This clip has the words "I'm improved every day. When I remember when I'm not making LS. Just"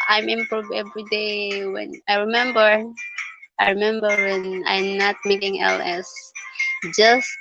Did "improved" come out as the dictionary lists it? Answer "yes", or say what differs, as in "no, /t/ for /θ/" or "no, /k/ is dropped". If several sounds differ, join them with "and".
no, /d/ is dropped